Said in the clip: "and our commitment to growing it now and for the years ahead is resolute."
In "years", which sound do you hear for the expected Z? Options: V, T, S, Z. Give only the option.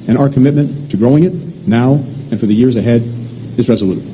Z